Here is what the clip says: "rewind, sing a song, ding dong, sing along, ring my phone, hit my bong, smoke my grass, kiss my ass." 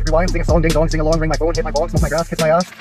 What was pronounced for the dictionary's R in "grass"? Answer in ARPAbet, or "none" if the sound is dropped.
R